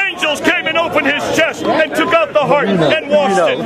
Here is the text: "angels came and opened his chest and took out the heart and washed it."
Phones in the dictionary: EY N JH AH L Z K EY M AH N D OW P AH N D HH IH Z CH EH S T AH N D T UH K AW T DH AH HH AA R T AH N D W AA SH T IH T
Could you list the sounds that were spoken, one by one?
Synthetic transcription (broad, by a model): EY N JH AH L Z K EY M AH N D OW P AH N IH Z CH EH S T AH N T UH K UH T DH AH HH AA R T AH N W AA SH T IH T